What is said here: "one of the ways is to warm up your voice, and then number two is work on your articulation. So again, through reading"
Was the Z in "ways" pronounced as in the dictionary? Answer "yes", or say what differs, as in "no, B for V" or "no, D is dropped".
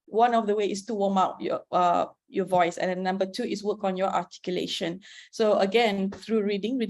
no, Z is dropped